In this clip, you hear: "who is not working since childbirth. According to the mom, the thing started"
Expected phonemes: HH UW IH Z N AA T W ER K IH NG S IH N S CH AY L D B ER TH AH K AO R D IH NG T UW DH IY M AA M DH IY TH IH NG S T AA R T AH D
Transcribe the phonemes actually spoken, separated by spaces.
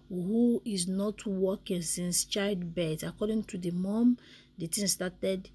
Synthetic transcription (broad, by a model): HH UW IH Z N AA T W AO K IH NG S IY N S CH AY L D B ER T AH K AO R D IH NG T UW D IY M AA M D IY T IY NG S T AA T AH D